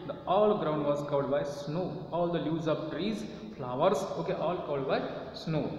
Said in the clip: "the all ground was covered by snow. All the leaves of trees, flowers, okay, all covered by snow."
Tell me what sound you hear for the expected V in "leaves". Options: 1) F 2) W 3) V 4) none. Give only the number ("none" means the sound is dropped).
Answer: 4